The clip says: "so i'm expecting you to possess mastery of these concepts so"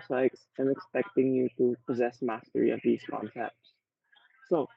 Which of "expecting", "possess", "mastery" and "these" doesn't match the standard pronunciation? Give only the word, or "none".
none